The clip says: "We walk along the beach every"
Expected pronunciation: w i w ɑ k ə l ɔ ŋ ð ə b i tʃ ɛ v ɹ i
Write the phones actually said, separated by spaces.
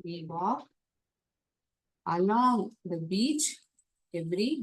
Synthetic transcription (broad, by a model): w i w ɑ ə l ɔ ŋ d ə b i tʃ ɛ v ɹ i